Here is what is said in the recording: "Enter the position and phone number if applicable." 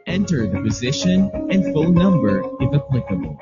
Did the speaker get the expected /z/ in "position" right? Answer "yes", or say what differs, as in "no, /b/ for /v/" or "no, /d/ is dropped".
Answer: yes